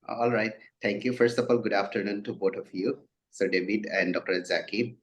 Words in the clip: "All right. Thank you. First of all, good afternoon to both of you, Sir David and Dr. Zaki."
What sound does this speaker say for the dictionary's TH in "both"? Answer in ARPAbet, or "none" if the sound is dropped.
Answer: T